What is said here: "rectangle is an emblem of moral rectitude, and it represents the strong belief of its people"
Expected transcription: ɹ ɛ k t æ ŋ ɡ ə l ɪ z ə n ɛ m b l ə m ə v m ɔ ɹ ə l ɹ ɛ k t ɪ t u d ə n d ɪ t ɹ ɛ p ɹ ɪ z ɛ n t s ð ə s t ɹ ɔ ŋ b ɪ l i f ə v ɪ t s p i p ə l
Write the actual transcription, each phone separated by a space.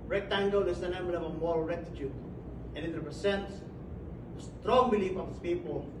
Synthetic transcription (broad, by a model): ɹ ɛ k t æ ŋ ɡ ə l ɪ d ə n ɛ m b ə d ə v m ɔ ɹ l ɹ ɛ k t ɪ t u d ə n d ɪ t ɹ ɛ p ɹ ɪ s ɛ n t s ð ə s t ɹ ɔ ŋ b ɪ l i f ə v ɪ t s p i p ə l